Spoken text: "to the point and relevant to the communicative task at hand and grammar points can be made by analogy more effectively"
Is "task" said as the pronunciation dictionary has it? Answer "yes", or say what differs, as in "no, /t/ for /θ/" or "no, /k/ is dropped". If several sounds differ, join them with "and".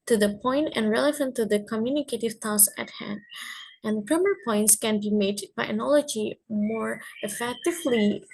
no, /k/ is dropped